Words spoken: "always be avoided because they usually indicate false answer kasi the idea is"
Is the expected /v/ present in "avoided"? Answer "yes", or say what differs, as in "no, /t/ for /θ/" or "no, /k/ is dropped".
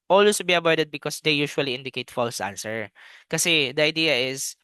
no, /b/ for /v/